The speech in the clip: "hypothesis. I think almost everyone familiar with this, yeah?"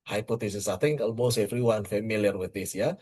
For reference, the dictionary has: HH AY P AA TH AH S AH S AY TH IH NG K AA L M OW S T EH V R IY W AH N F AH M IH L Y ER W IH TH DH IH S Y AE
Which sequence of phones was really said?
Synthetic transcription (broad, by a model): HH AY P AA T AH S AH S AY T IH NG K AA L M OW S EH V R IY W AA N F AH M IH L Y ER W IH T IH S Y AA